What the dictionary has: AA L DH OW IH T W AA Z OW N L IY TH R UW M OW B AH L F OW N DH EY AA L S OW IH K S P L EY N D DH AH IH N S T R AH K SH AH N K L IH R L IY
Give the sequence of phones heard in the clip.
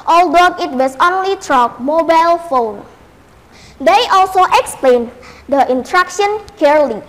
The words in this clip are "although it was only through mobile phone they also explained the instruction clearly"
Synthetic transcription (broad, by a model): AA L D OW IH T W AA S OW N L IY T R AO M OW B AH L F OW N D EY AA L S OW IH K S P L EY N D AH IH N T R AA K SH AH N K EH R L IY